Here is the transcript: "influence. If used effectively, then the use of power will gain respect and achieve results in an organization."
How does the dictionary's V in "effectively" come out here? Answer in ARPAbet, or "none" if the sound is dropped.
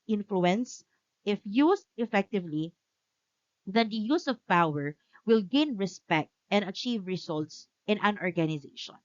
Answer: V